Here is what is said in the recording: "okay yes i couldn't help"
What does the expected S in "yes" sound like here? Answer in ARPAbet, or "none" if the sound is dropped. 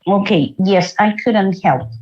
S